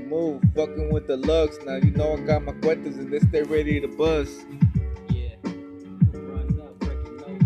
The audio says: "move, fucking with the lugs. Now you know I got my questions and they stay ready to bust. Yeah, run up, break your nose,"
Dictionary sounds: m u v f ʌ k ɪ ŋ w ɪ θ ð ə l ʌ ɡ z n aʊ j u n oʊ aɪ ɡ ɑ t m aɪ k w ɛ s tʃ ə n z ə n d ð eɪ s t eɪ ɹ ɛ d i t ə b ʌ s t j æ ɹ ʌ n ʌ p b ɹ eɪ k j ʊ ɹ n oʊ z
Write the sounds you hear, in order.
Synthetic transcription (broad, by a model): m u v f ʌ k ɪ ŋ w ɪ ð ə l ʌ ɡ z n aʊ j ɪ n oʊ aɪ ɡ ɑ t m aɪ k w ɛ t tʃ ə z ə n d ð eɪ s t eɪ ɹ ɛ d i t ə b ʌ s j æ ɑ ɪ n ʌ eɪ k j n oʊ